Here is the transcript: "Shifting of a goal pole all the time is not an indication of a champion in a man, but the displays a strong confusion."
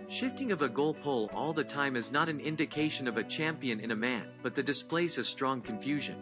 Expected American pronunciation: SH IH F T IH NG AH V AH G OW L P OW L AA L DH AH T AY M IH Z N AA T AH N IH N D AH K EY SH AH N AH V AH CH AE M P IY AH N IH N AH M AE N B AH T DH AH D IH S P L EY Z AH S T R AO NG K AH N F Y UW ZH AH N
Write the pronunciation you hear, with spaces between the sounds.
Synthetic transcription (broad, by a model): SH IH F T IH NG AH V AH G OW L P OW L AA L DH AH T AY M IH Z N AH T AH N IH N D AH K EY SH AH N AH V AH CH AE M P IY AH N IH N AH M AE N B AH T DH AH D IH S P L EY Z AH S T R AO NG K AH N F Y UW ZH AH N